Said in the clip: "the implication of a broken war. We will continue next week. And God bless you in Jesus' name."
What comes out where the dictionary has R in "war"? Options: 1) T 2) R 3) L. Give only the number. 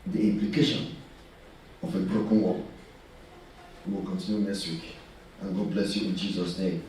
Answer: 3